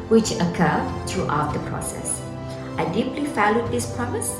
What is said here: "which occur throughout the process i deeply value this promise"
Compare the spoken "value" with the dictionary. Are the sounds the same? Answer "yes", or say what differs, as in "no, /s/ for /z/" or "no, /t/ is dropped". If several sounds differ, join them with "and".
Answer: no, /f/ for /v/